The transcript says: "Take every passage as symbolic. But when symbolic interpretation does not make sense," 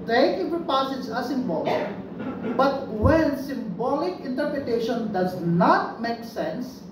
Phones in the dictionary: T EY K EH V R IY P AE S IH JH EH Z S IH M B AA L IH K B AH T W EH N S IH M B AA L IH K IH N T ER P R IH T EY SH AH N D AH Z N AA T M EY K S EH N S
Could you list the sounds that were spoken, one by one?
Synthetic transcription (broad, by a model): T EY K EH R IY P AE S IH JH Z S IH M B AA L IH K B AH T W EH N S IH M B AA L IH K IH N T ER P R IH T EY SH AH N D AH Z N AA T M EY K S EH N S